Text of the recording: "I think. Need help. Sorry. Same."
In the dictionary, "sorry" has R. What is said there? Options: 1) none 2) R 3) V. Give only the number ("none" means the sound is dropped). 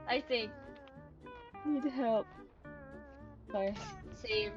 1